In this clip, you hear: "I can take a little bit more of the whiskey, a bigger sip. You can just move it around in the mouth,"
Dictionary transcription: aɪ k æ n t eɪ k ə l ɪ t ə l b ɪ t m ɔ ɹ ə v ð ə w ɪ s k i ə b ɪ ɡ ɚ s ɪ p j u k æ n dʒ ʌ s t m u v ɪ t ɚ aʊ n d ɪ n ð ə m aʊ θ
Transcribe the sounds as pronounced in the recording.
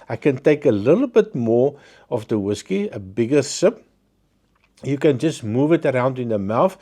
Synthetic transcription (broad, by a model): aɪ k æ n t eɪ k ə l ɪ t l b ɪ t m ɔ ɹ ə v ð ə w ɪ s k i ə b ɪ ɡ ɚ s ɪ p j u k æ n dʒ ʌ s t m u v ɪ t ɚ aʊ n d ɪ n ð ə m aʊ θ